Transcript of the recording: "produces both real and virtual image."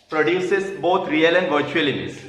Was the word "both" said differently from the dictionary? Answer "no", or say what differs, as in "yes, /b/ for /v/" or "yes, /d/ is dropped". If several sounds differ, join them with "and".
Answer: yes, /t/ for /θ/